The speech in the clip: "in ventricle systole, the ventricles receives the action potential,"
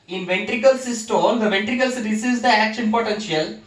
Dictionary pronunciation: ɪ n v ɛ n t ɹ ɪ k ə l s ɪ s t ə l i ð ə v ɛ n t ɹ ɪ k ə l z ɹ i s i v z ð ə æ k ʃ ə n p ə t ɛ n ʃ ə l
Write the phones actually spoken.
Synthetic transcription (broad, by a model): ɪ n v ɛ n t ɹ ɪ k ə l s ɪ s t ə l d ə v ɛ n t ɹ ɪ k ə l s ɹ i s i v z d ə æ k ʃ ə n p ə t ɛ n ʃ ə l